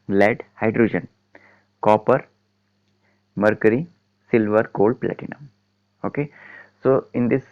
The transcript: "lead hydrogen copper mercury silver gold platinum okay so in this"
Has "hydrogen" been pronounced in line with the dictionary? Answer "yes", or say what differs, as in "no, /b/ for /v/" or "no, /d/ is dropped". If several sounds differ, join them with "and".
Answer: yes